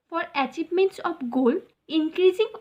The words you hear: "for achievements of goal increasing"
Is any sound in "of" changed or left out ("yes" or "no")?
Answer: yes